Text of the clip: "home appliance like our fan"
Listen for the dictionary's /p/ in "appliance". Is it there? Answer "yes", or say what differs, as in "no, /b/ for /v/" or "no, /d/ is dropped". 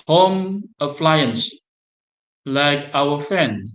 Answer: no, /f/ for /p/